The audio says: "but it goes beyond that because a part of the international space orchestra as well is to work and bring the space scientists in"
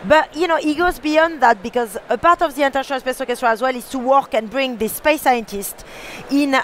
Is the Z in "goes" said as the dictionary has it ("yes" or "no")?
yes